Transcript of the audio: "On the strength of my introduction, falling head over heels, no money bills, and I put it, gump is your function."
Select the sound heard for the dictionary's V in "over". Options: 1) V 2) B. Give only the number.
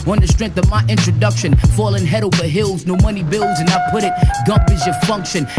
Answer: 2